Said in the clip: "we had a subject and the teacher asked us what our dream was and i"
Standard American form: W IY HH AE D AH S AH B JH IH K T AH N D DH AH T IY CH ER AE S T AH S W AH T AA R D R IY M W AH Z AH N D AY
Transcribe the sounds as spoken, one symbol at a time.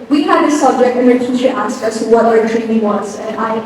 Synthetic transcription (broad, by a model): W IY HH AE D AH S AH B JH IH K T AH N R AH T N SH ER AE S T AH S W AH T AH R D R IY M W AH Z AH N AY